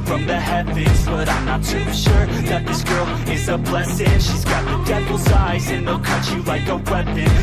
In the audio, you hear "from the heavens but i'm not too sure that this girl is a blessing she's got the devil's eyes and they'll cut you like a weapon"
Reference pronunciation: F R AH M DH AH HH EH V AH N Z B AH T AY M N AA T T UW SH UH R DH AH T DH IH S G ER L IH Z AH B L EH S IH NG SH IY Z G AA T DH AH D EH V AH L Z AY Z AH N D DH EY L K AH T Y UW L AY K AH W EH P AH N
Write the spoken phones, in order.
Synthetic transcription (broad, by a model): F R AH M DH AH HH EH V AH Z B AH T AY M N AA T T UW SH UH R DH AH T DH IH S G ER L IH Z AH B L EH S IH SH IY Z G AA T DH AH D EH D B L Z AY Z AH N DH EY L K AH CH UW L AY K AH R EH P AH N